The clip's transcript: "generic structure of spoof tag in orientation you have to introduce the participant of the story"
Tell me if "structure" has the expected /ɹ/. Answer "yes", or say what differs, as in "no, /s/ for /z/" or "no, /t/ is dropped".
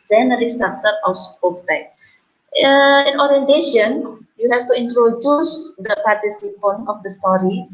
no, /ɹ/ is dropped